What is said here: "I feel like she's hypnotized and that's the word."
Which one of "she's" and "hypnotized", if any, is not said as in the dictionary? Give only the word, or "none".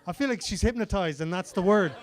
none